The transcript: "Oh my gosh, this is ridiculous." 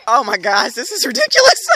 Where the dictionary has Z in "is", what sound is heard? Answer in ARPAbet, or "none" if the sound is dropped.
Z